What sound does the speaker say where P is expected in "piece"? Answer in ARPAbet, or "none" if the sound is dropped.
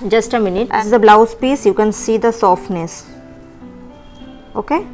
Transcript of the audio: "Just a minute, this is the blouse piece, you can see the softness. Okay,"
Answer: P